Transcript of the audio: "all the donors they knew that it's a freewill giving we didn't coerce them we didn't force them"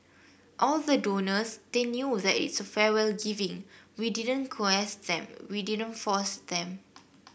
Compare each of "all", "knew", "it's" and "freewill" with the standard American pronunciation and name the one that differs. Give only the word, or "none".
freewill